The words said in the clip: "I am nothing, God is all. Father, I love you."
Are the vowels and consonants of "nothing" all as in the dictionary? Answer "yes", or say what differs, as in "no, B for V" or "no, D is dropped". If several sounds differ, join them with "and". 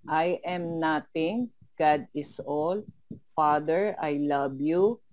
no, T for TH